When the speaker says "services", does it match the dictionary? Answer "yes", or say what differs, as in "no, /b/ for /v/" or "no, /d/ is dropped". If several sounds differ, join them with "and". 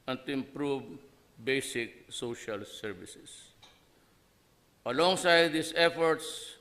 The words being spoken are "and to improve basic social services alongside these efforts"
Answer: no, /s/ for /z/